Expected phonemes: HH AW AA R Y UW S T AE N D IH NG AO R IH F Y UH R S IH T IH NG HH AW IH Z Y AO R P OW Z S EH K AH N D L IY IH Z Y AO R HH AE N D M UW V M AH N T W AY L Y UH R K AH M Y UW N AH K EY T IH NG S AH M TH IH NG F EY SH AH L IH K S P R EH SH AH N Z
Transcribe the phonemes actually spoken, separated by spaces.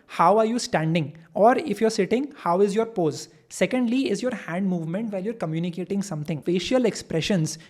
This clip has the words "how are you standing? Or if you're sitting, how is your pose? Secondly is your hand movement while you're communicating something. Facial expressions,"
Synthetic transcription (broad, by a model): HH AW AA R Y UW S T AE N D IH NG AO R IH F Y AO R S IH T IH NG HH AW IH Z Y AO R P OW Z S EH K AH N D L IY IH Z Y AO R HH AE N D M UW V M AH N T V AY L Y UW R K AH M Y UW N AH K EY T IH NG S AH M T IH NG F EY SH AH L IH K S P R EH SH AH N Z